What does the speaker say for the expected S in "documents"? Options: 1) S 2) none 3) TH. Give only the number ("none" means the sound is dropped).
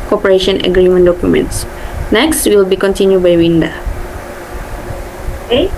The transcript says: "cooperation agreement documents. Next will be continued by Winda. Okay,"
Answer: 1